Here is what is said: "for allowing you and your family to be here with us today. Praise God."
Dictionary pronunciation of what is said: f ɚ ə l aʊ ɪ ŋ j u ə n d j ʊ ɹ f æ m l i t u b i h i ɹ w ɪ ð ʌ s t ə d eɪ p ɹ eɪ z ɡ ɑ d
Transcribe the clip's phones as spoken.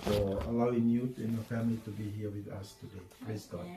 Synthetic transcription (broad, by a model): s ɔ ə l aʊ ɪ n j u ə n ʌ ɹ f æ m l i t u b i h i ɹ w ɪ ð ʌ s t ə d eɪ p l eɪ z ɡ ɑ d